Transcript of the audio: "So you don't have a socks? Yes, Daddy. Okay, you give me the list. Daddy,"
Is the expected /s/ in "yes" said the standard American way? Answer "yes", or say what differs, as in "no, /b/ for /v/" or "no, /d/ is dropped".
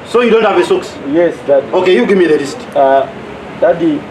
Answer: yes